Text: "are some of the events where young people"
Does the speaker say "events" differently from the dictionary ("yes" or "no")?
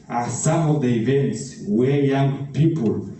no